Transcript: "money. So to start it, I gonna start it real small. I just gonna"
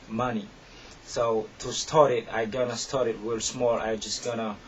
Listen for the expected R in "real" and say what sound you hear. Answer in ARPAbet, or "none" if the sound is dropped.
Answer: W